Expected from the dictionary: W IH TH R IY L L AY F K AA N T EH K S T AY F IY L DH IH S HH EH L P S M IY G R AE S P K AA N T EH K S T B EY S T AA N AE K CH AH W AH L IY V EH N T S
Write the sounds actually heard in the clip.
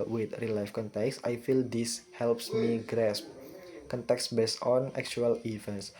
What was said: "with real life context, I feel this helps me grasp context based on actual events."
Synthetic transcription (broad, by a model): W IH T R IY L L AY F K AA N T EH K S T AY F IY L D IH S HH EH L P S M IY G R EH S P K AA N T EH K S B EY S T AA N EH K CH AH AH L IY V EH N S